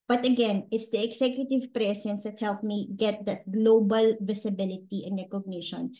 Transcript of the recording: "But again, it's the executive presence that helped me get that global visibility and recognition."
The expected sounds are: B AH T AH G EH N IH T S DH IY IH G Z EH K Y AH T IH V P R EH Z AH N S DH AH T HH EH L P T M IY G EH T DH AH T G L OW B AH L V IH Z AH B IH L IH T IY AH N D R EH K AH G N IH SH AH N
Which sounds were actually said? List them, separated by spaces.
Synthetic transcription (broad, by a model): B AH T AH G EH N IH T S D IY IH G S EH K Y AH T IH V P R EH S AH N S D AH T HH EH L P M IY G EH T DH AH T G L OW B AH L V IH S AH B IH L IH T IY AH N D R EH K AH G N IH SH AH N